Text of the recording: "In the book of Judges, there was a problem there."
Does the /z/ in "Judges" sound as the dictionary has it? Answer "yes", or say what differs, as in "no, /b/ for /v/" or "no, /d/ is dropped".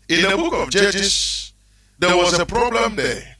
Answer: no, /s/ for /z/